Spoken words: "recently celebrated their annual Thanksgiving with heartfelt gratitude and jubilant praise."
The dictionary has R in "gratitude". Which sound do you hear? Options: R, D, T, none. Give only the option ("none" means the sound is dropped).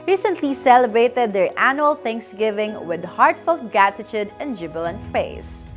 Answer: none